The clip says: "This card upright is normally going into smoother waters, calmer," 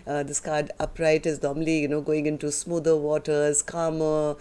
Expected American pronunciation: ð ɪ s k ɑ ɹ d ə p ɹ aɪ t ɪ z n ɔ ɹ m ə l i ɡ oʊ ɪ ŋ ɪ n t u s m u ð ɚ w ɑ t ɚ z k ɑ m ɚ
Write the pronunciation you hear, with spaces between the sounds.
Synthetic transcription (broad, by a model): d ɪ s k ɑ ɹ d ə p ɹ aɪ t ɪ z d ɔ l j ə n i ɡ oʊ ɪ ŋ ɪ n t u s m u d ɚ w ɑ t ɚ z k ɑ m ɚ